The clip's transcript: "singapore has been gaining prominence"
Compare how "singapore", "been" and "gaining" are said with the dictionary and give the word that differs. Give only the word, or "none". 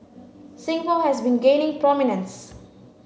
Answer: singapore